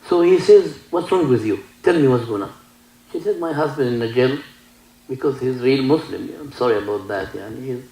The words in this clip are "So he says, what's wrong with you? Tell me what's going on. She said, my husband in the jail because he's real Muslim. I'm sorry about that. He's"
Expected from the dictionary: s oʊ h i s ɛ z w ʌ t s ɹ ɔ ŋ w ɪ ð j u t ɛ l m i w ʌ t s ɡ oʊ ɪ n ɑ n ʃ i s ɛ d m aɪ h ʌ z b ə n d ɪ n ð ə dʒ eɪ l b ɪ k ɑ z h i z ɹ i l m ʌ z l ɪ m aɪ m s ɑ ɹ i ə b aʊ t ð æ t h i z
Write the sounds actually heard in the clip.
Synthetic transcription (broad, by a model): s oʊ h i s ɛ z w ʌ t s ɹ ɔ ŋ w ɪ ð j u t ɛ l m i w ʌ t s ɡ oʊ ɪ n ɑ ʃ i s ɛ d m aɪ h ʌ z b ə n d ɪ n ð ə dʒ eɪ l b ɪ k ɑ z h i z ɹ i l m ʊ s l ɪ m aɪ m s ɑ ɹ i ə b aʊ t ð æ t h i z